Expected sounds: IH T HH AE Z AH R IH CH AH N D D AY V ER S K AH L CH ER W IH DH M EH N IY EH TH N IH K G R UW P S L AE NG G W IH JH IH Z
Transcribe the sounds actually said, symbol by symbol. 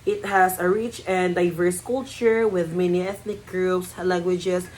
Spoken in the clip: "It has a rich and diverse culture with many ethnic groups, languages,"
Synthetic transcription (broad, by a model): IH T HH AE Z AH R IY CH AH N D D AY V ER S K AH L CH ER W IH DH M EH N IY EH TH N IH K G R UW P S L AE NG G W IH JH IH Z